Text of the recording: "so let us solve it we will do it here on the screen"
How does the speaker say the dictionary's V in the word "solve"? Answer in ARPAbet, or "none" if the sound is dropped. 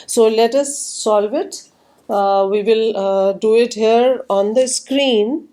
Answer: V